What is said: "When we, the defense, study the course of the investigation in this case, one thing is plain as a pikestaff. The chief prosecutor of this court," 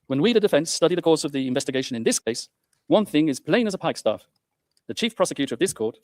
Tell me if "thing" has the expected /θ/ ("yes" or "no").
yes